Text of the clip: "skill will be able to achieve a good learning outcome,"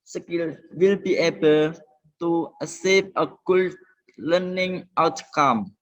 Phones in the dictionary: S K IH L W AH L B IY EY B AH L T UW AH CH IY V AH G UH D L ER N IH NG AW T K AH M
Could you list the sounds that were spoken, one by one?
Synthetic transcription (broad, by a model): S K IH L W AH L B IY EY B AH L T UW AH S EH P AH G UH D L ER N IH NG AW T K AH M